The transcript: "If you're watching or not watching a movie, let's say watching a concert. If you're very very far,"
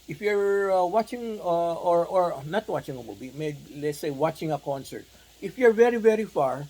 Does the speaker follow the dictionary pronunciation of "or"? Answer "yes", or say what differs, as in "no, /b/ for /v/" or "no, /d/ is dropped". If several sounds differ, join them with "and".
yes